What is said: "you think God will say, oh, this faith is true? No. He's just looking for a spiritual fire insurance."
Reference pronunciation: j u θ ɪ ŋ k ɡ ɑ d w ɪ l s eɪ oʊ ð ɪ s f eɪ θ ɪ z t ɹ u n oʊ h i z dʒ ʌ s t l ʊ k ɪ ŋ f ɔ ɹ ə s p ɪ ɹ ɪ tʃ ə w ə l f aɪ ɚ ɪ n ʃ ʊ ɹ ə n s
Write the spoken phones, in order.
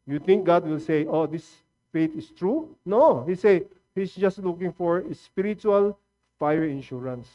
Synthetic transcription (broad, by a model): j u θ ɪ ŋ k ɡ ɑ d w ɪ l s eɪ oʊ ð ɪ s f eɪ t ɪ s t ɹ u n oʊ h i s dʒ ʌ s t l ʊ k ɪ ŋ f ɔ ɹ ə s p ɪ ɹ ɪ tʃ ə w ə l f aɪ ɚ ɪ n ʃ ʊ ɹ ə n s